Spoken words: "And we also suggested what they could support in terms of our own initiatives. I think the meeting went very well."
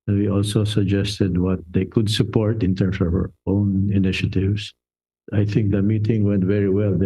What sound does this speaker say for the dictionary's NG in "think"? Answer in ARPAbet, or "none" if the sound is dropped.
NG